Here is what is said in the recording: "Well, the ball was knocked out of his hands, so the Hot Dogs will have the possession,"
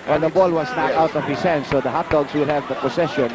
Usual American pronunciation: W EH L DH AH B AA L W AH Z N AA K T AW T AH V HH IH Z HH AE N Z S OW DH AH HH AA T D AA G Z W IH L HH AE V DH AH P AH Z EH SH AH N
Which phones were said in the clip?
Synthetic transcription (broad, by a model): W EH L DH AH B AA L W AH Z N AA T AW T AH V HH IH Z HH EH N S OW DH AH HH AA T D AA G S W IH L HH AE V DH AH P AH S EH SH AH N